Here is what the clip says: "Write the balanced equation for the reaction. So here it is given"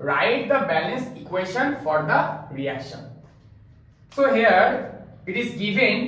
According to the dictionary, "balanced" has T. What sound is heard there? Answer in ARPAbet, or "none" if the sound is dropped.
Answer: none